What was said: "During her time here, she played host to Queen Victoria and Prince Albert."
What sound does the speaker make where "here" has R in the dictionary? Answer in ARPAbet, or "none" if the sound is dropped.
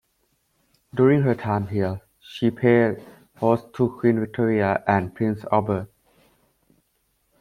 L